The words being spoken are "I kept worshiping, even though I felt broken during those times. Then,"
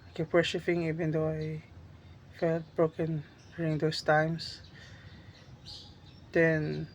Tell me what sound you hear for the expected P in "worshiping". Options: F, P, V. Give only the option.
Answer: F